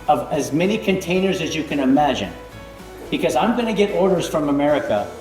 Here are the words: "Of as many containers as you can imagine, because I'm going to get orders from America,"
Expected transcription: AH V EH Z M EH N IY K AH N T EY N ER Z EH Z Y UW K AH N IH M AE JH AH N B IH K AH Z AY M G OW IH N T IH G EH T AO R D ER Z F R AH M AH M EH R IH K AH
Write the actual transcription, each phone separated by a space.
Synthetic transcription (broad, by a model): AH V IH Z M EH N IY K AH N T EY N ER Z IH Z Y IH K AH N IH M AE JH AH N B IH K AH Z AY M G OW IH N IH G EH T AO R D ER Z F R AH M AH M EH R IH K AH